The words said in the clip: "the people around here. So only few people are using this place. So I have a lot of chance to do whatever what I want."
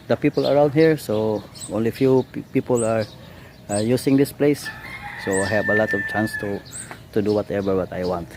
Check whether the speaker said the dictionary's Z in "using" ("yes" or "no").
no